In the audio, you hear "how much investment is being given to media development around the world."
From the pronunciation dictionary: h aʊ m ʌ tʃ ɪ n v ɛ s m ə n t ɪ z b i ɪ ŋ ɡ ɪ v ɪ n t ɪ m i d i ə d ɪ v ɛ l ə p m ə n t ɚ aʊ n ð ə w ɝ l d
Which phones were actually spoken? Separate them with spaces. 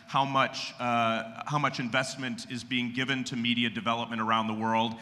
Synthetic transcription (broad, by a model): h aʊ m ʌ tʃ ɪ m v ɛ s m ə n t ɪ z b i ɪ ŋ ɡ ɪ v ɪ n t ɪ m i d i ə d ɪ v ɛ l ə p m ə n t ɚ aʊ n ð ə w ɝ l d